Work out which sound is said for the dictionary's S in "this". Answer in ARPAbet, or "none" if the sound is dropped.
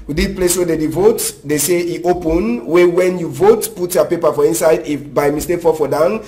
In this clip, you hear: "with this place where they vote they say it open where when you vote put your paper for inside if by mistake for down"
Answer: none